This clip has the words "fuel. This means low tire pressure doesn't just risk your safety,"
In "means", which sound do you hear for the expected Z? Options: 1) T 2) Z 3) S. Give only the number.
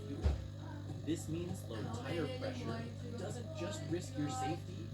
2